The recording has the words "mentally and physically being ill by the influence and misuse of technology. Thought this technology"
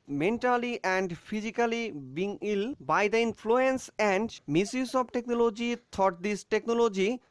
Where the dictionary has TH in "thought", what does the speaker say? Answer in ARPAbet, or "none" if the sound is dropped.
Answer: T